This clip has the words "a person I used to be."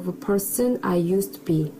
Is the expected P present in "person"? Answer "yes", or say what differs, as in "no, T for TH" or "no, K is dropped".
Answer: yes